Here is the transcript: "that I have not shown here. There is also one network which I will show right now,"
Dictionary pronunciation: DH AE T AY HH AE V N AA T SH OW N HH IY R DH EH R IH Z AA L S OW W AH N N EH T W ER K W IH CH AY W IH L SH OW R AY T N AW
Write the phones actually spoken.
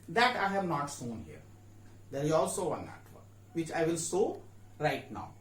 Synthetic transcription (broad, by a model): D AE T AY HH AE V N AA T S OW N HH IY R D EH R IH Z AA L S OW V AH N N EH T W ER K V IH CH AY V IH L S OW R AY T N AW